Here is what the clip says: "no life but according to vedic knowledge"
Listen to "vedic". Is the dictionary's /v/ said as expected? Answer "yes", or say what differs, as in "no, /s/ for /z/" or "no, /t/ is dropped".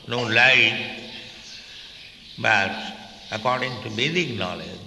no, /b/ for /v/